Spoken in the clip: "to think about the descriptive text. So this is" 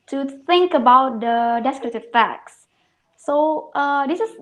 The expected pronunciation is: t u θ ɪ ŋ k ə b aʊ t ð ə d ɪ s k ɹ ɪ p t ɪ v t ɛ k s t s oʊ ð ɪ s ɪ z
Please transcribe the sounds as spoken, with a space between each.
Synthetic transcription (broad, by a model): t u θ ɪ ŋ k ə b aʊ t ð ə d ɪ s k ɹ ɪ t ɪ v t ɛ k s t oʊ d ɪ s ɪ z